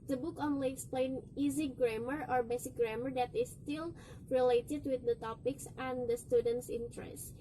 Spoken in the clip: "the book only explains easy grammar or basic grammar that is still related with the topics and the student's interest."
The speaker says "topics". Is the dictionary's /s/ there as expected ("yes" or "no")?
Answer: yes